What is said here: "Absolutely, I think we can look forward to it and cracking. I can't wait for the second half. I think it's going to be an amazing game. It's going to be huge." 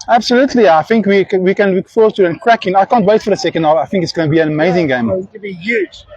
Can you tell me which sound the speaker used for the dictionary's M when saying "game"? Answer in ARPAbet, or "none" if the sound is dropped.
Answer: none